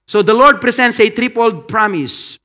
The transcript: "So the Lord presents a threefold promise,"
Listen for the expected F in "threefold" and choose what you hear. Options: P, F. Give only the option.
P